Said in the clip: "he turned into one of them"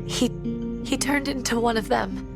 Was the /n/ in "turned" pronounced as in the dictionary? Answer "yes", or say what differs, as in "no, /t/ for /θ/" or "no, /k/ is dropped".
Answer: yes